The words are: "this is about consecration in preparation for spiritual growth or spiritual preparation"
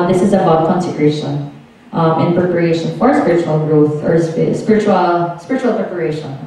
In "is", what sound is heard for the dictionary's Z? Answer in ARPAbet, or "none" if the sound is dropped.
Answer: Z